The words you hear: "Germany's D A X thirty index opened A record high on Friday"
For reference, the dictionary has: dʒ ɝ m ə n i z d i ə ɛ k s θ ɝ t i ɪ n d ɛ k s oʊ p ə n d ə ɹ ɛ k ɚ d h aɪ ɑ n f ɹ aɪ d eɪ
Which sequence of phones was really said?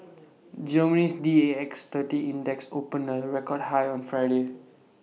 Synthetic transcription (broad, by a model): dʒ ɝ m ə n i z d i ə ɛ k s t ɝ t i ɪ n d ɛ k s oʊ p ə n ə ɹ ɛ k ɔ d h aɪ ɑ n f ɹ aɪ d eɪ